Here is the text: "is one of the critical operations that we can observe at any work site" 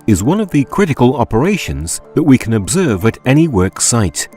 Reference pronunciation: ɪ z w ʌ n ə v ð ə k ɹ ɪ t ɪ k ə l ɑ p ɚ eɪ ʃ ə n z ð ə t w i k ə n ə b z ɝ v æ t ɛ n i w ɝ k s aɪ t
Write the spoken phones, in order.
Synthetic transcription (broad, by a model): ɪ z w ʌ n ə v ð ə k ɹ ɪ t ɪ k ə l ɑ p ɚ eɪ ʃ ə n z ð ə t w i k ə n ə b z ɝ v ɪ t ɛ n i w ɝ k s aɪ t